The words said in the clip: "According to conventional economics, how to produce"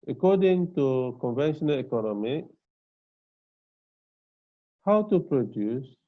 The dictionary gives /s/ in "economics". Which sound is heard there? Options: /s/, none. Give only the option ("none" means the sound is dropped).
none